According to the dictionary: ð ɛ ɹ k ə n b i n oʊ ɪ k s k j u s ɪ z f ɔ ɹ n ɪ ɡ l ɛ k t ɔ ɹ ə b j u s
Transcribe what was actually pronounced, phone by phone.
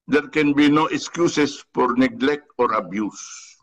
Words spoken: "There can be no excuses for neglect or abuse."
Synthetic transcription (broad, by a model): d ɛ ɹ k ə n b i n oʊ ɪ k s k j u s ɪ s f ɔ ɹ n ɪ ɡ l ɛ k t ɔ ɹ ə b j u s